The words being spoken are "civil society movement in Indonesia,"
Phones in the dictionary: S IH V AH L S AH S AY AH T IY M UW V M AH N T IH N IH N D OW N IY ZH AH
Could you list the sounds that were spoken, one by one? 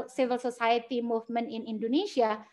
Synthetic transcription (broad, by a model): S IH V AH L S AH S AY AH T IY M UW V M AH N IH N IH N D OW N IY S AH